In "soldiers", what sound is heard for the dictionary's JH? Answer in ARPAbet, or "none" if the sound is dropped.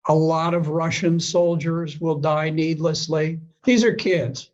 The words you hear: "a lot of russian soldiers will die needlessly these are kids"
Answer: JH